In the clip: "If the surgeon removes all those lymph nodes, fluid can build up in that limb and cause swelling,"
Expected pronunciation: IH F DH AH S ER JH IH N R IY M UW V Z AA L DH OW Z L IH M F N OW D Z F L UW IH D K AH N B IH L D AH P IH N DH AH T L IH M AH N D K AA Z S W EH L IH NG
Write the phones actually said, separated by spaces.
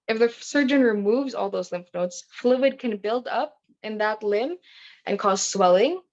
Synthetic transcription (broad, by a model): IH F DH AH S ER JH IH N R IY M UW V Z AA L DH OW Z L IH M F N OW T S F L UW IH D K AH N B IH L D AH P IH N DH AH T L IH M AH N K AA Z S W EH L IH NG